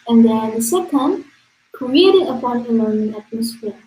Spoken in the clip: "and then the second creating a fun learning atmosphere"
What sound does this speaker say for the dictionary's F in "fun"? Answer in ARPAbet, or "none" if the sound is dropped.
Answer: P